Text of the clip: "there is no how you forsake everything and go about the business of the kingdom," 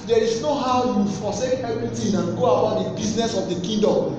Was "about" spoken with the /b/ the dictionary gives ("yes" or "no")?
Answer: no